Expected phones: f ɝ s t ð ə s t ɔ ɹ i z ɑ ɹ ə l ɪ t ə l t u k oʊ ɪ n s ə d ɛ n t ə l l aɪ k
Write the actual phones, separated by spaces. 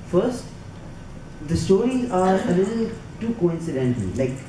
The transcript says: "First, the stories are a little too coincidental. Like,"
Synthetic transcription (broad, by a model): f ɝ s t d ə s t ɔ ɹ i ɑ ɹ ə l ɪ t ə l t u k oʊ ɪ n s ə d ɛ n t ə l l aɪ k